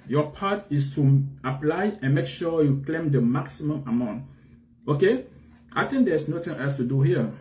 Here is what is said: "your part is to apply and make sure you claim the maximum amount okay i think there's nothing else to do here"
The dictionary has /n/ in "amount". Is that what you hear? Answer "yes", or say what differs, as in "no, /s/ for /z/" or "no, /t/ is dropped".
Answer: yes